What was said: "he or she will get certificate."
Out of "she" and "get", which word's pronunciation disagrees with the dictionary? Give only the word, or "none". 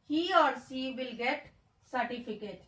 she